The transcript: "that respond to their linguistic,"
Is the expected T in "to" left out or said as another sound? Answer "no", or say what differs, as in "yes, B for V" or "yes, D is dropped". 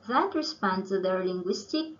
yes, S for T